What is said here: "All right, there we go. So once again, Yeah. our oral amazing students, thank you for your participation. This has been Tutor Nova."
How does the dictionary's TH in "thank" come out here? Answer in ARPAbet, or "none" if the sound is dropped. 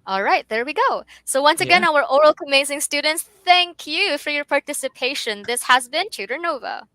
TH